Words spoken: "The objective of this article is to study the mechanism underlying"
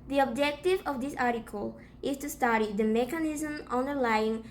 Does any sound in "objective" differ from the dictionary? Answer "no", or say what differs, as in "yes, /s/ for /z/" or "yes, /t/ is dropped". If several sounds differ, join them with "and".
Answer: no